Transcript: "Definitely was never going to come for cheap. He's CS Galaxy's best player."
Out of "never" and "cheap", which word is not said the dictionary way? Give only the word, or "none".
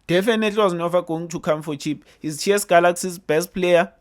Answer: never